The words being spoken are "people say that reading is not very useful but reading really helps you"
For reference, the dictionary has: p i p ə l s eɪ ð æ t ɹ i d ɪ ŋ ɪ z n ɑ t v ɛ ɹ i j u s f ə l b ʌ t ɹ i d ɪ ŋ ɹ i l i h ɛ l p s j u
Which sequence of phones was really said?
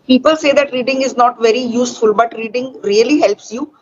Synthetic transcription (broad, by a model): p i p ə l s eɪ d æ t ɹ i d ɪ ŋ ɪ z n ɑ t v ɛ ɹ i j u s f ə l b ʌ t ɹ i d ɪ ŋ ɹ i l i h ɛ l p s j u